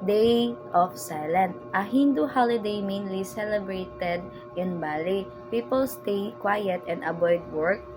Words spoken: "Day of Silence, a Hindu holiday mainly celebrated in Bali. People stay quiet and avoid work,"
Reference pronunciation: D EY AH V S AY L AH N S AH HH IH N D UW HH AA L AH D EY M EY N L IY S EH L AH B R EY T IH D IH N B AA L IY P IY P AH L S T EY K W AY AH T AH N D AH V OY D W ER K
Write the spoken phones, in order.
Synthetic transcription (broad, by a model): D EY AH F S AY L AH N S AH HH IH N D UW HH AA L AH D EY M EY N L IY S EH L AH B R EY T IH D IH N B AA L IY P IY P AH L S T EY K W AY AH T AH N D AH B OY D W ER K